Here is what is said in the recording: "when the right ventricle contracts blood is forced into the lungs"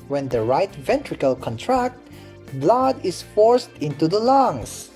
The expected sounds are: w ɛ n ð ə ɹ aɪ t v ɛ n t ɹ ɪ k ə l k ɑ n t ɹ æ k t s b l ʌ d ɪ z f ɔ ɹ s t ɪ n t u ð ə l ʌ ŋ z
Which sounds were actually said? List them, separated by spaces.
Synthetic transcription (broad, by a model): w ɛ n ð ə ɹ aɪ t v ɛ n t ɹ ɪ k ə l k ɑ n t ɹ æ k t b l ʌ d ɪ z f ɔ ɹ s t ɪ n t u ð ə l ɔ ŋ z